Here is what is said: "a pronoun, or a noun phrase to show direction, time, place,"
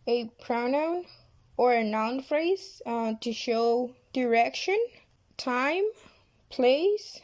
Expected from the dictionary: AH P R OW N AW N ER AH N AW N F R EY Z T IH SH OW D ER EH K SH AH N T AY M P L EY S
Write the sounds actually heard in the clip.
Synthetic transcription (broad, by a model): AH P R OW N AW N ER AH N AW N F R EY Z T IH SH OW D ER EH K SH AH N T AY M P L EY S